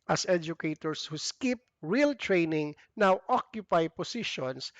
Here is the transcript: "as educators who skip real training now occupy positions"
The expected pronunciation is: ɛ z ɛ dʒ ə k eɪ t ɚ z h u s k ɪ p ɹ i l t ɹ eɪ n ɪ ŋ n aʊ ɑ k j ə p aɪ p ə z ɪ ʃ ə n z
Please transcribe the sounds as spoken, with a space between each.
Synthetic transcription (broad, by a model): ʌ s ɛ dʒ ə k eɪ t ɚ s h u s k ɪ p ɹ i l t ɹ eɪ n ɪ ŋ n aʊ ɑ k j ə p aɪ p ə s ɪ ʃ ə n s